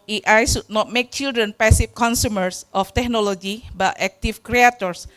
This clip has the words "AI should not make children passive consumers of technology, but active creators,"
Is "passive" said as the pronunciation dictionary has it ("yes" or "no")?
no